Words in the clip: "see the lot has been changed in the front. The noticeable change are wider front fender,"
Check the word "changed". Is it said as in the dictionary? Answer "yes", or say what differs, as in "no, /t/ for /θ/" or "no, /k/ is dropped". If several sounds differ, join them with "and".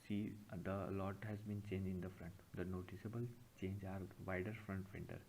no, /d/ is dropped